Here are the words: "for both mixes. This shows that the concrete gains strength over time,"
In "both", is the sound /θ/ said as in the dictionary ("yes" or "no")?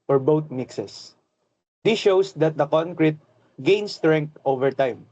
no